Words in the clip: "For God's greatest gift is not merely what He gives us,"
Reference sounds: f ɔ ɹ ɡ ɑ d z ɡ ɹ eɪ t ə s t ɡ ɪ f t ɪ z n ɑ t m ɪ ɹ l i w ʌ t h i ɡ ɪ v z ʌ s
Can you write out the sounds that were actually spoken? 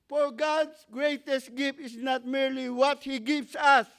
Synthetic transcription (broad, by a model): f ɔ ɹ ɡ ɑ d s ɡ ɹ eɪ t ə s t ɡ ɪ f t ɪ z n ɑ t m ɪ ɹ l i w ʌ t h i ɡ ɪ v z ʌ s